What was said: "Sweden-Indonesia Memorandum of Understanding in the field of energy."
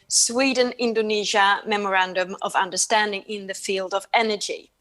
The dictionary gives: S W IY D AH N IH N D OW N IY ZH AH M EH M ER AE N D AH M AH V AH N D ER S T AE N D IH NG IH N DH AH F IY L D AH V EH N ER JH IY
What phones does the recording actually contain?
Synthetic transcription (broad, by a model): S W IY D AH N IH N D OW N IY ZH AH M EH M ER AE N D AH M AH V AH N D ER S T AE N D IH NG IH N DH AH F IY L D AH V EH N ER JH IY